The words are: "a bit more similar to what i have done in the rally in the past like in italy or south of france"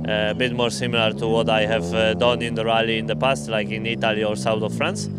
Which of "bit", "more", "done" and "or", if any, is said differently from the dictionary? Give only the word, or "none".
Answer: none